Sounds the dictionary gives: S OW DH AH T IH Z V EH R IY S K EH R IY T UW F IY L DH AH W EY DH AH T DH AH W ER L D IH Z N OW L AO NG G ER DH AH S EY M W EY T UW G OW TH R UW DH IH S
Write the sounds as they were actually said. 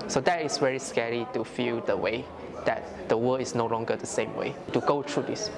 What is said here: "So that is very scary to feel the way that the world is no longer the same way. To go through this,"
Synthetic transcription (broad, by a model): S OW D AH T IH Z V EH R IY S K EH R IY T UW F IY L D AH W EY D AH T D AH W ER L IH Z N OW L AO NG G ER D AH S EY M W EY T UW G OW T R UW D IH S